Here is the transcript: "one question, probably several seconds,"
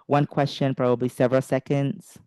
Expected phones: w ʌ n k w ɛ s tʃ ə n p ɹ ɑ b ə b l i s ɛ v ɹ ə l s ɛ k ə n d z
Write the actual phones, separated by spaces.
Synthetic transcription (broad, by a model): w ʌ n k w ɛ s tʃ ə n p ɹ ɑ b ə b l i s ɛ v ɹ ə l s ɛ k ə n d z